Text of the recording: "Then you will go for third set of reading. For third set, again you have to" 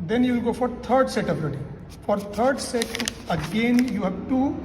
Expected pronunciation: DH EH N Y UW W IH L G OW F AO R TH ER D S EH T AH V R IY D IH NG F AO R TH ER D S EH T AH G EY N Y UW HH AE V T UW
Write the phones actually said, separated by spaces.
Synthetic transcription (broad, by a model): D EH N Y UW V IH L G OW F AO R T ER D S EH T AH B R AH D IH F AO R T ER D S EH T AH G EY N Y UW HH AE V T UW